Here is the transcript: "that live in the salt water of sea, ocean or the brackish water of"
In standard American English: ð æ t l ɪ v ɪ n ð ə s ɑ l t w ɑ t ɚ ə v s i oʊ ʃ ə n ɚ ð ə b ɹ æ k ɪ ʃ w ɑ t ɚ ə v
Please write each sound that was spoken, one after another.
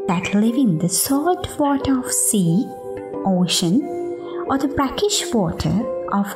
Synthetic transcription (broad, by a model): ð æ t l ɪ v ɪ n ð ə s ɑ t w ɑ t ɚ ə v s i oʊ ʃ ə n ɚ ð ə b ɹ æ k ɪ ʃ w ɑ t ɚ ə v